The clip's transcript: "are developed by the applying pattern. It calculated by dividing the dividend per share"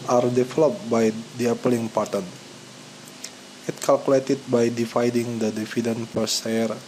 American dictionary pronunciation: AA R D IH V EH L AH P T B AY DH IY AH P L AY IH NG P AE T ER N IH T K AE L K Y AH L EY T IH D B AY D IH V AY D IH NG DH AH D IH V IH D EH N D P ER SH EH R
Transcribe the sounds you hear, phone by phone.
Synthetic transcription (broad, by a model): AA R D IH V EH L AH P B AY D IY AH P L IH NG P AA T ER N IH T K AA L K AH L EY T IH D B AY D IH F AY D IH NG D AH D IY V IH D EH N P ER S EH R